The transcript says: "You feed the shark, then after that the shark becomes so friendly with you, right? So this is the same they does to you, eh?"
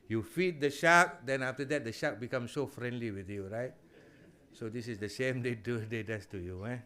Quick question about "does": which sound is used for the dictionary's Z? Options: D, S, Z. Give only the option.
S